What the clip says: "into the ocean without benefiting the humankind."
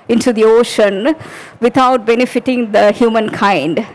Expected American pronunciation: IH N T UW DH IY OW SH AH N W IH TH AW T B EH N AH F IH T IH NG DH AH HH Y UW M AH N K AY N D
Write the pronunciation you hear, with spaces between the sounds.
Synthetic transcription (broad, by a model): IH N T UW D IY OW SH AH N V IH T AW T B EH N AH F IH T IH NG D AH HH Y UW M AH N K AY N D